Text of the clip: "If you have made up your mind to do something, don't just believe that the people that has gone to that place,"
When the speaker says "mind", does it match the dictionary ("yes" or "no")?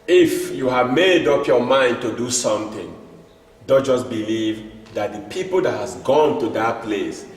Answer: yes